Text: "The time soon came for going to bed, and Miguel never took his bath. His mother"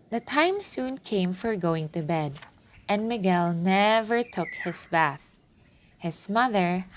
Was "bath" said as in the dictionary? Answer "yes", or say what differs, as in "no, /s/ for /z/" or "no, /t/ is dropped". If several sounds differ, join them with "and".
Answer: yes